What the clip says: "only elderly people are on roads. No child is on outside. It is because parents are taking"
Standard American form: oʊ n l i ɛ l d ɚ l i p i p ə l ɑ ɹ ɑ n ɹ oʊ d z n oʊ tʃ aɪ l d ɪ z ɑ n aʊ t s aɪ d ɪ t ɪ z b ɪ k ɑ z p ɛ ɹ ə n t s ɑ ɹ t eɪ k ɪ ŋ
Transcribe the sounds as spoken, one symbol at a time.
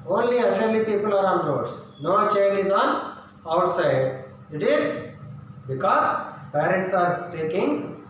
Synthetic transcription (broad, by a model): oʊ n l i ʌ n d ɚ l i p i p ə l ɑ ɹ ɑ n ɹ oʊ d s n oʊ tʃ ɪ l ɪ z ɑ n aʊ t s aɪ d ɪ t ɪ z b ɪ k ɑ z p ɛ ɹ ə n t s ɑ ɹ t eɪ k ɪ ŋ